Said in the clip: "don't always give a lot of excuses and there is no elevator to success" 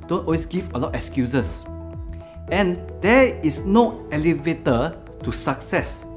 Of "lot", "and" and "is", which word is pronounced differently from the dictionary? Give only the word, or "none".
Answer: is